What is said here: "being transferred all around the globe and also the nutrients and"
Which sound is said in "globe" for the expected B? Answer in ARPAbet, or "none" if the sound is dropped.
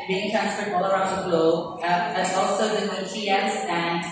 none